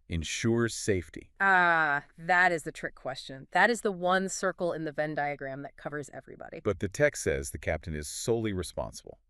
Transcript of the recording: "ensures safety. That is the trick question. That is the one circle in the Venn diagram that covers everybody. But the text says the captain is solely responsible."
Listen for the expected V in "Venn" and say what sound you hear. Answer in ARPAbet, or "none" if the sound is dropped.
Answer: V